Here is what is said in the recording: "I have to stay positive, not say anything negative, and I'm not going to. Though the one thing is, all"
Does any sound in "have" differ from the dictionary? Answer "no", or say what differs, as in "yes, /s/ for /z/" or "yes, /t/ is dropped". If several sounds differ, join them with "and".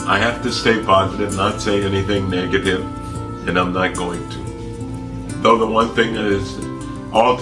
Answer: yes, /f/ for /v/